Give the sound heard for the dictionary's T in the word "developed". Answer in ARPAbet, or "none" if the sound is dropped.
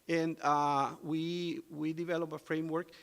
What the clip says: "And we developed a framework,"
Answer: none